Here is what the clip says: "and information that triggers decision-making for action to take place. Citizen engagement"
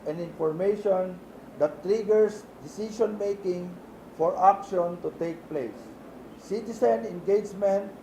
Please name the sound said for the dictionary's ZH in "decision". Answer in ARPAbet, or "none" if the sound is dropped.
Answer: SH